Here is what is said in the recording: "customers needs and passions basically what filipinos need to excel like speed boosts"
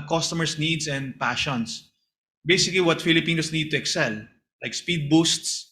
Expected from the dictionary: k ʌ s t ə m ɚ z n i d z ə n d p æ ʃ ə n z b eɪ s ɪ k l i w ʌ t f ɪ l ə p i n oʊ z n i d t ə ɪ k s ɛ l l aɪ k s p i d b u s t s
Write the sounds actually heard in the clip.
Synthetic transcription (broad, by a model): k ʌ s t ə m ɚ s n i d s ə n d p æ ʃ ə n s b eɪ s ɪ k l i w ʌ t f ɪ l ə p i n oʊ s n i d t ə ɪ k s ɛ l l aɪ k s p i d b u s t s